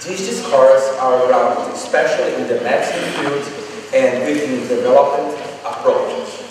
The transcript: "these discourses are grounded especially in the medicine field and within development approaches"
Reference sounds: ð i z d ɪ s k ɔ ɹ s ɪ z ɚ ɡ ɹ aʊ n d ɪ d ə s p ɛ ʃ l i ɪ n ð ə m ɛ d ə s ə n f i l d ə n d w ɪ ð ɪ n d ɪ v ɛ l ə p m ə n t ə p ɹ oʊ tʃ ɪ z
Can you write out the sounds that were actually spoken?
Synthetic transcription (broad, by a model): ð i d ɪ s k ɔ ɹ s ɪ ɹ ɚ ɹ aʊ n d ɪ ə s p ɛ ʃ l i ɪ n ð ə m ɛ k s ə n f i d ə n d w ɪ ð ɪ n d ɪ v ɛ l ə p m ə n t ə p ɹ oʊ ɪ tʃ